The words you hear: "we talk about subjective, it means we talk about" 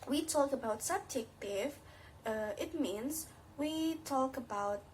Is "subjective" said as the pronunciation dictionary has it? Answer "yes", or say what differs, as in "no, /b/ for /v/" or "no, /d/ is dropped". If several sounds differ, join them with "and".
no, /f/ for /v/